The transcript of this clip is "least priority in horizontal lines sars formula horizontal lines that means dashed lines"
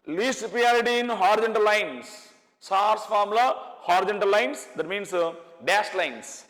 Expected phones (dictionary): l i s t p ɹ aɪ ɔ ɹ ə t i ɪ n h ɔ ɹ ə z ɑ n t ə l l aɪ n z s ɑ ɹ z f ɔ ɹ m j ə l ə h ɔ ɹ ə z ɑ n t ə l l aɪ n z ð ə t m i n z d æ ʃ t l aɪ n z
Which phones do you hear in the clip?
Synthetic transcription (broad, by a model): l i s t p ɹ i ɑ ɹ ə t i ɪ n h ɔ ɹ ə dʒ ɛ n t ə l l aɪ n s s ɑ ɹ s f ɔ ɹ m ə l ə h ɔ ɹ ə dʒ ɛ n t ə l l aɪ n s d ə t m i n s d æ s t l aɪ n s